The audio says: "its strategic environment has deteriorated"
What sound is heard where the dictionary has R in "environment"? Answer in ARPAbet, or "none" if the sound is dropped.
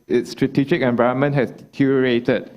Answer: none